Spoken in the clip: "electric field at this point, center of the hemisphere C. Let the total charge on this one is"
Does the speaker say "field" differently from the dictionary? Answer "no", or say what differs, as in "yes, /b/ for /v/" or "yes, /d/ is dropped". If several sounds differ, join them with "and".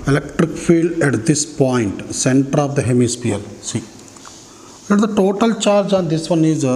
no